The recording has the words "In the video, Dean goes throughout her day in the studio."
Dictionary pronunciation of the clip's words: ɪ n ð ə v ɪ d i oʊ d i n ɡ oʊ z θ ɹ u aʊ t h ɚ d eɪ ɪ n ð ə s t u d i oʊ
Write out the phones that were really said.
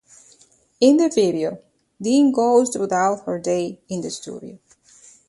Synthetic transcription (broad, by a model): ɪ n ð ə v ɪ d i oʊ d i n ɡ oʊ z t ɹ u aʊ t h ɚ d eɪ ɪ n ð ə s t u d i oʊ